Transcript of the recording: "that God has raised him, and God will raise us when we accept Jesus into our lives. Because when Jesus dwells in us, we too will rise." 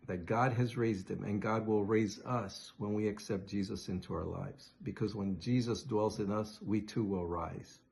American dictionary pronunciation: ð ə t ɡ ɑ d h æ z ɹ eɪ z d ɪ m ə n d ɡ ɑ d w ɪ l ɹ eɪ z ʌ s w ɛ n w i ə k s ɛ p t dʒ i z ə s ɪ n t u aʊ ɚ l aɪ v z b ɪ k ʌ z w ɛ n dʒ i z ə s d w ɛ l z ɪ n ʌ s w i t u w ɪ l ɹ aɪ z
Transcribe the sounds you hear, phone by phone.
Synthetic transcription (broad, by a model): ð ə t ɡ ɑ d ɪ z ɹ eɪ z d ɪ m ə n ɡ ɑ d w ɪ l ɹ eɪ z ʌ s w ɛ n w i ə k s ɛ p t dʒ i z ə s ɪ n t u aʊ ɚ l aɪ v z b ɪ k ʌ z w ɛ n dʒ i z ə s d w ɛ l z ɪ n ʌ s w i t u w ɪ l ɹ aɪ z